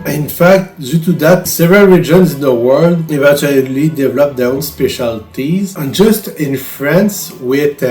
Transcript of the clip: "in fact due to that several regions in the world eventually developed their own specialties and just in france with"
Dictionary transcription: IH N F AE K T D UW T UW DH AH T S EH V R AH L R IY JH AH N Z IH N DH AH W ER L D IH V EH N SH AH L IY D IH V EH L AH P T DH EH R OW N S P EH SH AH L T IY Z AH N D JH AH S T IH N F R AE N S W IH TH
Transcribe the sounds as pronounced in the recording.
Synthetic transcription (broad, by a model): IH N F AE K T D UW T UW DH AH T S EH V R AH L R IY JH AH N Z IH N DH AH W ER L D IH V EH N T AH L IY D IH V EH L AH P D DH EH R OW N S P EH SH AH L T IY Z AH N JH AH S T IH N F R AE N S W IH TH